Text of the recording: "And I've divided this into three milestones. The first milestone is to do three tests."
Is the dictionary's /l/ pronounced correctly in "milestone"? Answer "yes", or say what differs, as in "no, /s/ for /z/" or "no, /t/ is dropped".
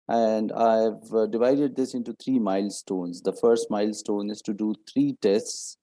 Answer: yes